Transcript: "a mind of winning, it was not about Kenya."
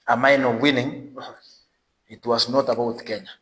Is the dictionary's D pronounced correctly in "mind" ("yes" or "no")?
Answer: no